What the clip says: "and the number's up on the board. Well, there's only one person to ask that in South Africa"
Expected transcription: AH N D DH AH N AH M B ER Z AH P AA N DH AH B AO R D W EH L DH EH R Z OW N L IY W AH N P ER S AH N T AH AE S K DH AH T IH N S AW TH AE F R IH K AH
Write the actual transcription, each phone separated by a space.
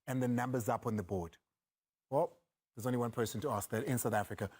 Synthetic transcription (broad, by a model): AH N DH AH N AH M B ER Z AH P N DH AH B AO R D W EH L DH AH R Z OW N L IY W AH N P ER S AH N T AH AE S K DH AH T IH N S AW TH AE F R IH K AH